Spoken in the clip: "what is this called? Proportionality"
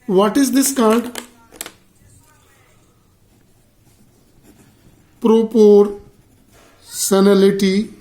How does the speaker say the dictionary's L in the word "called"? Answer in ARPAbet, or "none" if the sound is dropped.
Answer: N